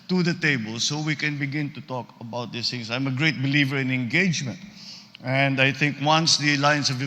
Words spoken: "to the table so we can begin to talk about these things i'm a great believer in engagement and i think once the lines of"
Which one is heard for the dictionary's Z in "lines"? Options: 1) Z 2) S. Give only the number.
2